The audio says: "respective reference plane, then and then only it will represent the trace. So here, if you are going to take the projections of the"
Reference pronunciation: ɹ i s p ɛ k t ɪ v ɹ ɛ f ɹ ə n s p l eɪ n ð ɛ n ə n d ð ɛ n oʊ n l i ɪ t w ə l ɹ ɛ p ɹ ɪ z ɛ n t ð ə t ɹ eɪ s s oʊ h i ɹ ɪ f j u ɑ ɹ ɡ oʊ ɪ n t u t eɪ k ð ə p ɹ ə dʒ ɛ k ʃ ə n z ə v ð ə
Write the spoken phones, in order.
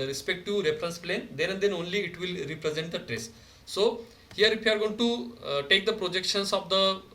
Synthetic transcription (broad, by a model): ɹ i s p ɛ k t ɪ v ɹ ɛ f ɹ ə n s p l eɪ n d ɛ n ə n d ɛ n oʊ n l i ɪ t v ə l ɹ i p ɹ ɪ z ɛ n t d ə t ɹ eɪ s s oʊ h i ɹ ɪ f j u ɑ ɹ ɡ oʊ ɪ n t u t eɪ k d ə p ɹ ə dʒ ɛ k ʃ ə n s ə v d ə